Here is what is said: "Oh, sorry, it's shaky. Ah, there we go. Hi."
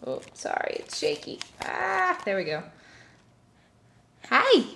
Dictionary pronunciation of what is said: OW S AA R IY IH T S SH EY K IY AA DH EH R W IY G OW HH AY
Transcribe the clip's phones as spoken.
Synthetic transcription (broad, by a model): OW S AA R IY IH T S SH EY K IY AA DH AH R W IY G OW HH AY